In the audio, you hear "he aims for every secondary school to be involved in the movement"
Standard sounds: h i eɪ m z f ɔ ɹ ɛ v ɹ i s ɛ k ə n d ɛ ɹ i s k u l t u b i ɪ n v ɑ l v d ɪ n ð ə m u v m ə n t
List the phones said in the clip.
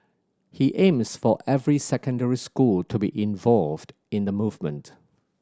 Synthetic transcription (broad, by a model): h i eɪ m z f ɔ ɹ ɛ v ɹ i s ɛ k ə n d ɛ ɹ i s k u l t u b i ɪ n v ɑ l v d ɪ n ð ə m u v m ə n t